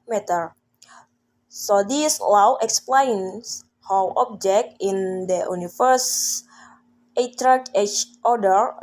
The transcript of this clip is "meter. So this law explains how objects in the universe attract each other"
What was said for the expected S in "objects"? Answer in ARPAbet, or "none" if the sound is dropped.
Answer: none